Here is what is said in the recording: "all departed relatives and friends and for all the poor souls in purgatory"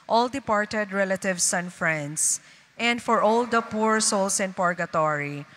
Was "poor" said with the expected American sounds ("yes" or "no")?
yes